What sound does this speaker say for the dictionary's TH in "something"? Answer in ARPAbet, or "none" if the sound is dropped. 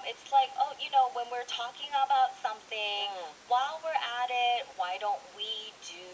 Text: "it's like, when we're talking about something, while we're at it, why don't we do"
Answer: TH